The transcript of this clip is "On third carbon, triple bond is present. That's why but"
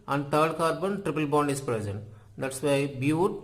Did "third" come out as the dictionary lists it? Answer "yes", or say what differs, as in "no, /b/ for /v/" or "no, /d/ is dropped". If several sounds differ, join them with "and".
no, /t/ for /θ/